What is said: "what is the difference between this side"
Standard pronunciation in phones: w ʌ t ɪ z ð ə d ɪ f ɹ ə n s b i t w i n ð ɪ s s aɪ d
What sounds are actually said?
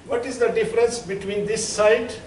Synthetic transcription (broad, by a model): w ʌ t ɪ z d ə d ɪ f ɹ ə n s b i t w i n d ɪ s s aɪ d